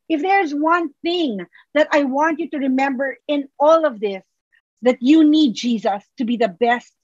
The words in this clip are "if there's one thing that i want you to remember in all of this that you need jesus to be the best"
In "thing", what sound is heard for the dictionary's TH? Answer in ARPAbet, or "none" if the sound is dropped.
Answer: TH